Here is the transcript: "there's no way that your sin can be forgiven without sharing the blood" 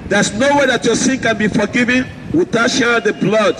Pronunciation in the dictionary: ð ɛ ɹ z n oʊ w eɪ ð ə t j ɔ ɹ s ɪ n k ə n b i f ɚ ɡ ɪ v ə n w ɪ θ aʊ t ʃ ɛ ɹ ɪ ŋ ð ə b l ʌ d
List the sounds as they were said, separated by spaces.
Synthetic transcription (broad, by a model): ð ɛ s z n oʊ w eɪ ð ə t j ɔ s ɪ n k ə n b i f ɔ ɡ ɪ v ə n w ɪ t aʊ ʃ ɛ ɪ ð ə b l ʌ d